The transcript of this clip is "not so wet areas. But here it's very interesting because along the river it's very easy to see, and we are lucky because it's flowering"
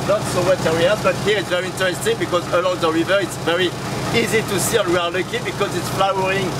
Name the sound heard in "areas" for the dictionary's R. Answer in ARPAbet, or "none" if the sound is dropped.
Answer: W